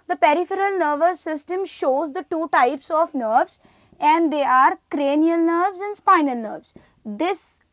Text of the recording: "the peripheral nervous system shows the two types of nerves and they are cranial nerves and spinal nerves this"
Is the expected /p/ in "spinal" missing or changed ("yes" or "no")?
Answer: no